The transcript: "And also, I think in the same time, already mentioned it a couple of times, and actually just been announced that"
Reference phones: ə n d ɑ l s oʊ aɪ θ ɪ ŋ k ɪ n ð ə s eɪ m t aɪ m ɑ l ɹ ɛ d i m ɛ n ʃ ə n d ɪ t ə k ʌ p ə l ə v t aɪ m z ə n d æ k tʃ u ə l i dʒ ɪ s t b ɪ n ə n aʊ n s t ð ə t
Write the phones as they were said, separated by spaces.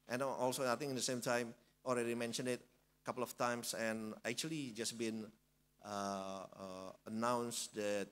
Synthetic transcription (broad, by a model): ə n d ɑ l s oʊ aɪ t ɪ ŋ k ɪ n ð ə s eɪ m t aɪ m ɑ l ɹ ɛ d i m ɛ n ʃ ə n d ɪ t ə k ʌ p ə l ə f t aɪ m s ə n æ k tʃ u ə l i dʒ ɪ s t b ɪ n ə n aʊ n s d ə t